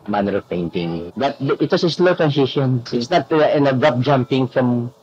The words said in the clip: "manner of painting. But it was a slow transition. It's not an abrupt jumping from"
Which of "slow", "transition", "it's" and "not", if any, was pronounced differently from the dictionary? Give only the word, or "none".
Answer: transition